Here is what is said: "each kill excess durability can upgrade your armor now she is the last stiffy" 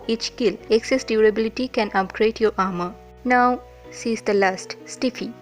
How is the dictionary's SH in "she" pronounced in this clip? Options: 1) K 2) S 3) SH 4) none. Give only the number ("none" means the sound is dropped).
2